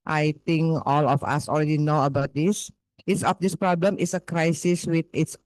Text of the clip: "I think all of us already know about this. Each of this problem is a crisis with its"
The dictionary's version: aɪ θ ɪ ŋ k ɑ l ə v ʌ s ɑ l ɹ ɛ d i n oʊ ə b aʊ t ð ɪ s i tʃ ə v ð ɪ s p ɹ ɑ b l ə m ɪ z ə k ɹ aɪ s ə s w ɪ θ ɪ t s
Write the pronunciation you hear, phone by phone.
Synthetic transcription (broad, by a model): aɪ t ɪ ŋ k ɑ l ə f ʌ s ɑ l ɹ ɛ d i n oʊ ə b aʊ t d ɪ s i s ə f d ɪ s p ɹ ɑ b l ə m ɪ s ə k ɹ aɪ s ə s w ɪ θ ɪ t s